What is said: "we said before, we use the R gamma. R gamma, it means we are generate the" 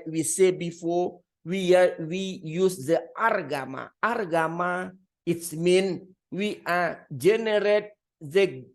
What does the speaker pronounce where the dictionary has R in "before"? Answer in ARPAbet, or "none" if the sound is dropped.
W